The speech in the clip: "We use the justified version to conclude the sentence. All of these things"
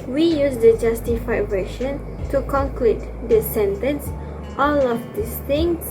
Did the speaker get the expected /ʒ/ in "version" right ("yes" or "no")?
no